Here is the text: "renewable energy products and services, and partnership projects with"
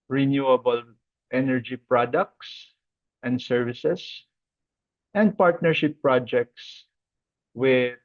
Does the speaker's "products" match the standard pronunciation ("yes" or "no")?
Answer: yes